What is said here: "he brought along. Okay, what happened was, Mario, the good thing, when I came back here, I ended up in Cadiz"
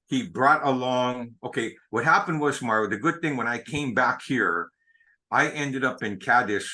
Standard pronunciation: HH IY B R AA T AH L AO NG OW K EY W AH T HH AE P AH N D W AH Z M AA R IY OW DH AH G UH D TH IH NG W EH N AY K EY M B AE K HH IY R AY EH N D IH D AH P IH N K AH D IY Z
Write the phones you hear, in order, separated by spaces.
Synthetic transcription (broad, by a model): HH IY B R AA T AH L AO NG OW K EY W AH T HH AE P AH N D W AH Z M AA R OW DH AH G UH D TH IH NG W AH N AY K EY M B AE K HH IY R AY EH N D IH D AH P IH N K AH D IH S